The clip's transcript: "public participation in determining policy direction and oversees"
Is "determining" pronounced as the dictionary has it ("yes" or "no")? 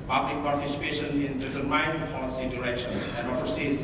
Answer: no